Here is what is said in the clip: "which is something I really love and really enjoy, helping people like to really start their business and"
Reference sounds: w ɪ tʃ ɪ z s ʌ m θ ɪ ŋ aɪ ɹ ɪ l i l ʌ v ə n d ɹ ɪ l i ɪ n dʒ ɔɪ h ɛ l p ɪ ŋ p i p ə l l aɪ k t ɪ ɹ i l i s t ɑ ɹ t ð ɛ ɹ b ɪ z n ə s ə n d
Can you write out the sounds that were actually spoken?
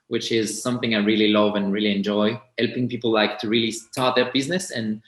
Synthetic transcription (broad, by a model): w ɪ tʃ ɪ z s ʌ m θ ɪ ŋ aɪ ɹ ɪ l i l ʌ v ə n ɹ ɪ l i ɪ n dʒ ɔɪ h ɛ l p ɪ ŋ p i p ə l l aɪ k t ɪ ɹ i l i s t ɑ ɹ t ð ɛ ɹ b ɪ z n ə s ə n